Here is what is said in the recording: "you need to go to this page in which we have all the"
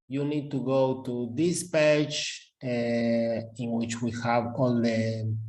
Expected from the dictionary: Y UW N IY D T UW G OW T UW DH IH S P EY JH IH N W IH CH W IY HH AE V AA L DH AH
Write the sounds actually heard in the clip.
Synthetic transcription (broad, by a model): Y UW N IY D T UW G OW T UW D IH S P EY CH IH N W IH CH W IY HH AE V AA L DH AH